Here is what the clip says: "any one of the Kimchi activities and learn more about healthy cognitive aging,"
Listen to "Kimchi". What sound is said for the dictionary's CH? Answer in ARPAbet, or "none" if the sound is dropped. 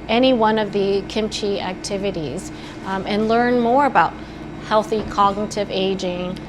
CH